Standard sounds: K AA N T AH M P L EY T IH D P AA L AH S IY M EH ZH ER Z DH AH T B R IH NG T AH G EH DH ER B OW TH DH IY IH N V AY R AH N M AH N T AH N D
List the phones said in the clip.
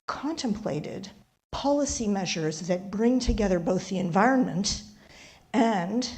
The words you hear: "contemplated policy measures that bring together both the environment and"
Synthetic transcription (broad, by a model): K AA N T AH M P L EY T IH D P AA L AH S IY M EH ZH ER Z DH AH T B R IH NG T AH G EH DH ER B OW TH DH IY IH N V AY R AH N M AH N T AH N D